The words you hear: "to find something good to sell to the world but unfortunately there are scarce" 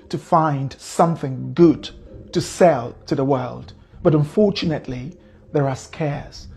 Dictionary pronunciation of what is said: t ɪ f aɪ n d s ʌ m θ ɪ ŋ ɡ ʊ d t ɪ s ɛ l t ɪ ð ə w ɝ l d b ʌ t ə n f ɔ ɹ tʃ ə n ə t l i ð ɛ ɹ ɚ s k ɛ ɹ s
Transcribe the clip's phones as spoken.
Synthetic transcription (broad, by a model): t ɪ f aɪ n d s ʌ m θ ɪ ŋ ɡ ʊ d t ɪ s ɛ l t ɪ ð ə w ɝ l d b ʌ t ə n f ɔ ɹ tʃ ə n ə t l i ð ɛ ɹ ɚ s k ɛ ɹ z